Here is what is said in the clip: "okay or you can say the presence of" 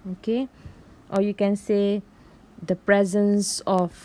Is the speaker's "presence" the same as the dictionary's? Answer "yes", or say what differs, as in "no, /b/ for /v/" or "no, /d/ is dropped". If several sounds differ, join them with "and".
yes